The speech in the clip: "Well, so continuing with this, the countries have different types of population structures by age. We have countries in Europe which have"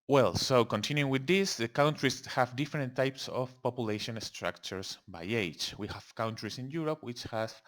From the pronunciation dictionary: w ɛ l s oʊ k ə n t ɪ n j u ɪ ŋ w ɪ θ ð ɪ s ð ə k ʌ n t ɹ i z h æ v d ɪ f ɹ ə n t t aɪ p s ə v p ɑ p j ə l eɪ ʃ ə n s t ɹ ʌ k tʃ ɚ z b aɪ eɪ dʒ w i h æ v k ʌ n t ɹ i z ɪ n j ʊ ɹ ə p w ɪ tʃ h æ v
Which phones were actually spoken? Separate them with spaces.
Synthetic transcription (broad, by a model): w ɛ l s oʊ k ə n t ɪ n j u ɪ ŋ w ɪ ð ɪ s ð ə k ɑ n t ɹ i s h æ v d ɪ f ɹ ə n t t aɪ p s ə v p ɑ p j ə l eɪ ʃ ə n s t ɹ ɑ k tʃ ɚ s b aɪ eɪ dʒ w i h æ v k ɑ n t ɹ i s ɪ n j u ɹ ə p w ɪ tʃ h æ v